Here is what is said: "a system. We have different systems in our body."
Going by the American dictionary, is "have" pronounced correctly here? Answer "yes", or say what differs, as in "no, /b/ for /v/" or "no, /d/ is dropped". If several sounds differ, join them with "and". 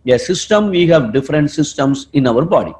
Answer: yes